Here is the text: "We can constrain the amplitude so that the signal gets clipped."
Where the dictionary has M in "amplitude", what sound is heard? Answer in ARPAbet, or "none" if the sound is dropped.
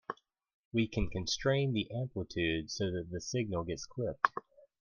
M